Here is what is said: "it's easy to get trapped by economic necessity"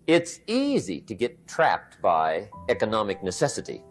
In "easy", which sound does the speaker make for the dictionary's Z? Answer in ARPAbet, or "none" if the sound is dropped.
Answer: Z